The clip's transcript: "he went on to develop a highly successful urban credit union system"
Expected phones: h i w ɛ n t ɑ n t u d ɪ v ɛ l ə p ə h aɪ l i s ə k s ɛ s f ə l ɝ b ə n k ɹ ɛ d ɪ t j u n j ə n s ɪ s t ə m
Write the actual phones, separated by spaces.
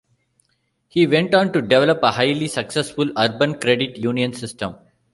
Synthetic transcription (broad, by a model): h i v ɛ n t ɑ n t u d ɪ v ɛ l ə p ə h aɪ l i s ə k s ɛ s f ə l ɝ b ə n k ɹ ɛ d ɪ t j u n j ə n s ɪ s t ə m